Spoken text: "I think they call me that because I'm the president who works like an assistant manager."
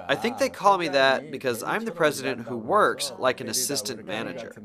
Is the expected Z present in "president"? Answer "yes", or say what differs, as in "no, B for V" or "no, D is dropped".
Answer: yes